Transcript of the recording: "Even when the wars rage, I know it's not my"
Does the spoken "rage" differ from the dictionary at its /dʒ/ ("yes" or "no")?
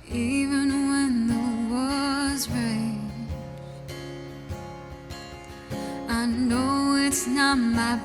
yes